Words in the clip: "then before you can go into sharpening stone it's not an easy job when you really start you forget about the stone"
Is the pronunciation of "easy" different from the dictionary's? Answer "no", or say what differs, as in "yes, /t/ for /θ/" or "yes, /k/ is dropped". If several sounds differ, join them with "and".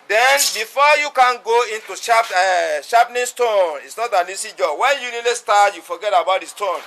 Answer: yes, /s/ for /z/